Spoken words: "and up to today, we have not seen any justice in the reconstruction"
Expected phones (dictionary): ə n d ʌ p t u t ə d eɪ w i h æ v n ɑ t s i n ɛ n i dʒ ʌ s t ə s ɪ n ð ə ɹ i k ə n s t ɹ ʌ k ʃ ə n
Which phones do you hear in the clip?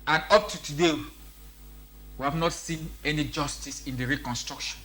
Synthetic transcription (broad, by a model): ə n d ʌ p t u t ə d eɪ w i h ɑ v n ɑ t s i n ɛ n i dʒ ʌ s t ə s ɪ n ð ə ɹ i k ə n s t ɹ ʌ k ʃ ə n